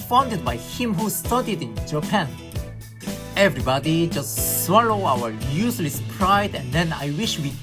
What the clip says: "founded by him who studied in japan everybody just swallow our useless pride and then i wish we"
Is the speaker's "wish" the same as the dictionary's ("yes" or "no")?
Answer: yes